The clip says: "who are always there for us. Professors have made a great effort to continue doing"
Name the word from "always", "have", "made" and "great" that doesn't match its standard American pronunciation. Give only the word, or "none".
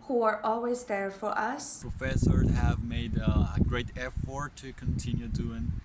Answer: none